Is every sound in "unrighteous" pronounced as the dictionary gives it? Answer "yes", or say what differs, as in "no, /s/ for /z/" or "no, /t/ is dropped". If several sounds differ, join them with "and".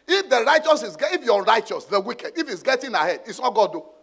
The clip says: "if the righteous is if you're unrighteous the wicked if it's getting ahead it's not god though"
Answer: no, /n/ is dropped